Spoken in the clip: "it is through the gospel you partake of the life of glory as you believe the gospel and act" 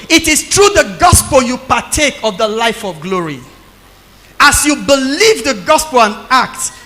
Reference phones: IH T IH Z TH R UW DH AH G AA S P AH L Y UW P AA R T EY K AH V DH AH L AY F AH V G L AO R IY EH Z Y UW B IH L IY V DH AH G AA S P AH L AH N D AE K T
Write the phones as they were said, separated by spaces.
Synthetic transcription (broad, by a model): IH T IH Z T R UW DH AH G AA S P AH L Y UW P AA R T EY K AH V DH AH L AY F AH V G L AO R IY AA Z Y UW B IH L IY V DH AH G AA S P AH L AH N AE K T